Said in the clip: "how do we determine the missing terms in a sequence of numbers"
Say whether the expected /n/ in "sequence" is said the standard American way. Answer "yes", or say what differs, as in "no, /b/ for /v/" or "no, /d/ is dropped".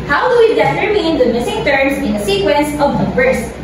yes